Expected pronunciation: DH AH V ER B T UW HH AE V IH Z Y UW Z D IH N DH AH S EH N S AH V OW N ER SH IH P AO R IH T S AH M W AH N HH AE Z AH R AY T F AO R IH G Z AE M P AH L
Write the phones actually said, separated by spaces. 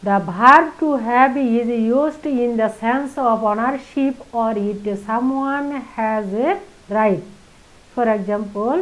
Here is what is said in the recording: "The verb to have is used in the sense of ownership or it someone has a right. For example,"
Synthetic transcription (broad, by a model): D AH B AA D T UW HH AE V IH Z Y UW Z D IH N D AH S EH N S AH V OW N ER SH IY P AO R IH T S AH M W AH N HH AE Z R AY T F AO R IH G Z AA M P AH L